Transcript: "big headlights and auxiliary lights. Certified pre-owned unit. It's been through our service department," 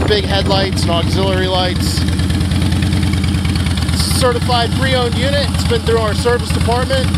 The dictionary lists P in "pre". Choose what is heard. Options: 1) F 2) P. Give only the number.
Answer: 1